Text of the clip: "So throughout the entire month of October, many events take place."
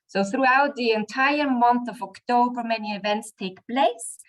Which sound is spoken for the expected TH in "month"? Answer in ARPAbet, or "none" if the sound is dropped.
TH